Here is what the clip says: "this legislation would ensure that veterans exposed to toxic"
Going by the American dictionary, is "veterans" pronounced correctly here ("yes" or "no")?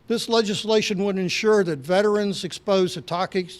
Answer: yes